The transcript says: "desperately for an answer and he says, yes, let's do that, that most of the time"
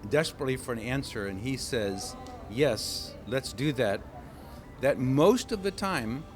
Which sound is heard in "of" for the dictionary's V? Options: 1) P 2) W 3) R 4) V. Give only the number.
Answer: 4